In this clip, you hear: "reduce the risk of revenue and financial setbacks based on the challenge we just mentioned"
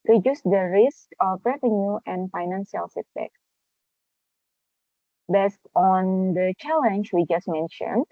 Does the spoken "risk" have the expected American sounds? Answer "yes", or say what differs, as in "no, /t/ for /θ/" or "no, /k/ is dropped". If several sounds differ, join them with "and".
yes